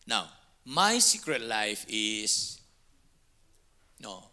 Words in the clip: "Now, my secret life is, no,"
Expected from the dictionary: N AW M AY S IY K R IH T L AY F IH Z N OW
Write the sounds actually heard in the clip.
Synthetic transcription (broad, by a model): N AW M AY S IY K R IH T L AY F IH S N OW